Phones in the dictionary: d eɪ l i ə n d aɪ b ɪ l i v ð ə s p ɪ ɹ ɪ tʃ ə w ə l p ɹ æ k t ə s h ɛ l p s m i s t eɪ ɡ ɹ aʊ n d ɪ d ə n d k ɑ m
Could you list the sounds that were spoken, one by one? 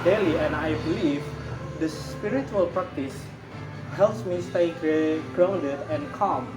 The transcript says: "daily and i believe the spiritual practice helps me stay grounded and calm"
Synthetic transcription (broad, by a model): d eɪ l i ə n aɪ b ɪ l i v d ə s p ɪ ɹ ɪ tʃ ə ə l p ɹ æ k t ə s h ɛ l p s m i s t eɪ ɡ ɹ aʊ n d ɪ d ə n k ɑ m